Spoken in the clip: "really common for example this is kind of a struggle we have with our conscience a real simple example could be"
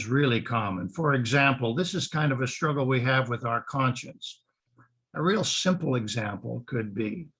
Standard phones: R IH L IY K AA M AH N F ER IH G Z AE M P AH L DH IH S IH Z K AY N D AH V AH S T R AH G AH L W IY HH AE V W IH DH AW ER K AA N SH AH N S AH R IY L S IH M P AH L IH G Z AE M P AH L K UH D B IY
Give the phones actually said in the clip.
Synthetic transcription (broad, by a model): R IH L IY K AA M AH N F ER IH G Z AE M P L DH IH S IH Z K AY N D AH V AH S T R AH G L W IY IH V W IH DH AW ER K AA N SH AH N S AH R IY L S IH M P L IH G Z AE M P L K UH D B IY